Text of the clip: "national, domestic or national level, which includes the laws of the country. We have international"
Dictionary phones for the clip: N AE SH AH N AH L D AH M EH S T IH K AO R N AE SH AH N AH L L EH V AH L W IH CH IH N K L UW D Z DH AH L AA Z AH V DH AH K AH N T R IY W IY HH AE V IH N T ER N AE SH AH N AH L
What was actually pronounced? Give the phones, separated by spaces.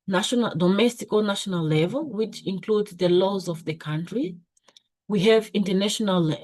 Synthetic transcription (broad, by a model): N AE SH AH N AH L D AH M EH S T IH K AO L N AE SH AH N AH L L EH V AH L W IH CH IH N K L UW D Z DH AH L AA Z AH V DH AH K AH N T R IY W IY HH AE V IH N T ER N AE SH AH N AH L